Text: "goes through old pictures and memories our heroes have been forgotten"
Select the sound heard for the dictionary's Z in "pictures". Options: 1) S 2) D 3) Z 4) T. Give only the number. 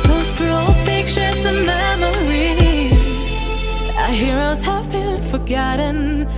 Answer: 1